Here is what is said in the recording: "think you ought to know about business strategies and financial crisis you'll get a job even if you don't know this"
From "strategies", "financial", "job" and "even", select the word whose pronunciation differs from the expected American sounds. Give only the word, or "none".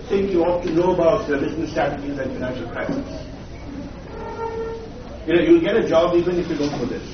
strategies